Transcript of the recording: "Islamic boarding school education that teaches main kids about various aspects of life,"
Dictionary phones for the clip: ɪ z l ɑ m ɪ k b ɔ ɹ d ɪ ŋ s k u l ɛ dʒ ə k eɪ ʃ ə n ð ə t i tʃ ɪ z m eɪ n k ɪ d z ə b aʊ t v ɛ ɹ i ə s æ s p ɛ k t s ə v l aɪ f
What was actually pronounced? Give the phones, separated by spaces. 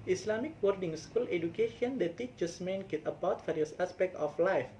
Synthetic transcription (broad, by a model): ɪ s l ɑ m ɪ k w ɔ ɹ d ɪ ŋ s k u l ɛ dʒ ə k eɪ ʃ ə n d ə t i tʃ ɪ s m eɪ n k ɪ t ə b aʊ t f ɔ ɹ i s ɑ s p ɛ k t ə f l aɪ f